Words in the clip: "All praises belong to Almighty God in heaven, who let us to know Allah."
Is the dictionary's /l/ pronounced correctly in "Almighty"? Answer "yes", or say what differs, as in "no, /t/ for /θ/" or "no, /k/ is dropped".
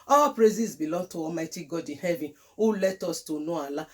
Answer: no, /l/ is dropped